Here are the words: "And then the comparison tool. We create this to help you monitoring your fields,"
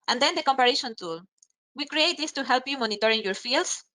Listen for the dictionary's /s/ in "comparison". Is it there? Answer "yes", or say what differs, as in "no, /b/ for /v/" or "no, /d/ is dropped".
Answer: no, /ʃ/ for /s/